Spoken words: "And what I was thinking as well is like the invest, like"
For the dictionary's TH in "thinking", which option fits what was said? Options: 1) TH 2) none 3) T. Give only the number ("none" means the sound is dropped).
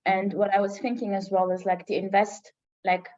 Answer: 1